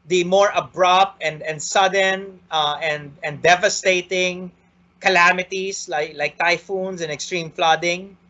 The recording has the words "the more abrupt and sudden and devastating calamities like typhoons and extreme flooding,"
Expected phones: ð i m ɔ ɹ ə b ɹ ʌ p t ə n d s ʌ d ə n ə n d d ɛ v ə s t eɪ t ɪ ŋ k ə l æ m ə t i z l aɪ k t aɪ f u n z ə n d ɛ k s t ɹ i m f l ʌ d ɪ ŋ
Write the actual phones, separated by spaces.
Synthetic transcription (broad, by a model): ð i m ɔ ɹ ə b ɹ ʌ p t ə n d s ʌ d ə n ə n d d ɛ v ə s t eɪ t ɪ ŋ k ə l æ m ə t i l l aɪ k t aɪ f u n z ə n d ɛ k s t ɹ i m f l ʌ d ɪ ŋ